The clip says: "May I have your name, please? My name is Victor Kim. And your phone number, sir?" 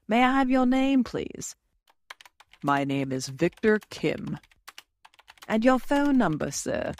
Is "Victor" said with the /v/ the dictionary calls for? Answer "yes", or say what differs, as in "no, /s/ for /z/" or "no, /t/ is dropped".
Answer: yes